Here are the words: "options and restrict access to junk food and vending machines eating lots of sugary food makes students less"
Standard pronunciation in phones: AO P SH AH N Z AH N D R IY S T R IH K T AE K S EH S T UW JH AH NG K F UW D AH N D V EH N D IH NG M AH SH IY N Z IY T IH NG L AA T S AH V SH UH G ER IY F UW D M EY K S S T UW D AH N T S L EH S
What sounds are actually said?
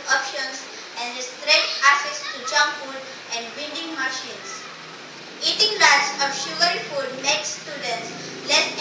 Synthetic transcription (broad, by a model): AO P SH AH N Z AH N D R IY S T R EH T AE S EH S T UW JH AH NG F UW D AH N D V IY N D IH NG M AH SH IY N S IY T IH NG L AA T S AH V SH UH G ER IY F UW D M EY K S S T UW D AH N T S L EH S